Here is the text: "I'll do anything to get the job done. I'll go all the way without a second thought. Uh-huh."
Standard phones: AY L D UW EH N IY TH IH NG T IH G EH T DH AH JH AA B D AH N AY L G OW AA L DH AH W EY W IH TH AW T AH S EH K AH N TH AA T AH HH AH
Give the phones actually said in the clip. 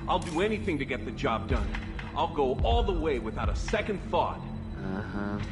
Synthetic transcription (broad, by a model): AY L D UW EH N IY TH IH NG T IH G EH T DH AH JH AA B D AH N AY L G OW AA L DH AH W EY W IH TH AW T AH S EH K AH N TH AA T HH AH